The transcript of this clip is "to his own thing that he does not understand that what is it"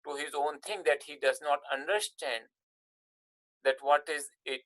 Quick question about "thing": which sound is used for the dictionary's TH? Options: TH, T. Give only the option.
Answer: T